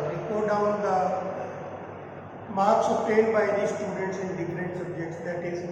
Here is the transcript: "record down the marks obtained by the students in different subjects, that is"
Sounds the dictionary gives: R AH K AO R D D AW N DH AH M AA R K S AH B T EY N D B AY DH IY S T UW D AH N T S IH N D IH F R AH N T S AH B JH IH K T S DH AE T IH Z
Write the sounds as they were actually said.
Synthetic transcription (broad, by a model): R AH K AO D D AW N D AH M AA R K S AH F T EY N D B AY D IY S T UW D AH T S IH N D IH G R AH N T S AH B JH IH K T S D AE T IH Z